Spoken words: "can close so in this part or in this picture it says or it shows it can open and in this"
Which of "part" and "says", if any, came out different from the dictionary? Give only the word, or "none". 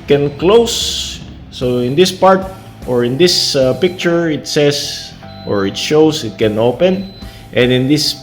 says